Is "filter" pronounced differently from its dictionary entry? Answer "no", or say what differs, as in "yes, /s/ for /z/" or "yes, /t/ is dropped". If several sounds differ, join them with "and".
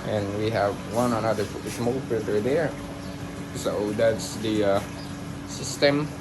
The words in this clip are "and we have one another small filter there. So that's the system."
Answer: yes, /l/ is dropped